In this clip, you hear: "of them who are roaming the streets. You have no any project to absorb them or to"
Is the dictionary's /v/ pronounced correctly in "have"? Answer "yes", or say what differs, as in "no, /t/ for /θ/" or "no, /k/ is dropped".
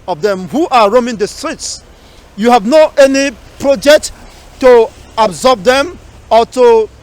yes